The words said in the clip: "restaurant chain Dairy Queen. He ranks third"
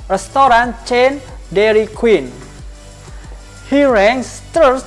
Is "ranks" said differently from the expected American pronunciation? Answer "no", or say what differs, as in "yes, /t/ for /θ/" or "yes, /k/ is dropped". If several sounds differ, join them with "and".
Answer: yes, /k/ is dropped